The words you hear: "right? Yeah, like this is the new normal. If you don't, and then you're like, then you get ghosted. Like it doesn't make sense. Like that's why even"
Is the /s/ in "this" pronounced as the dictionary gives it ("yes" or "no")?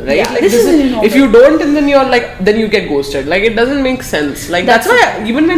no